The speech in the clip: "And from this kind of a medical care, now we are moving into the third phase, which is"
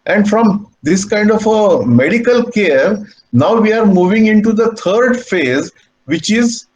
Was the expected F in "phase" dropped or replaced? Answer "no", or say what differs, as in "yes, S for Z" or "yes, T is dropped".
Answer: no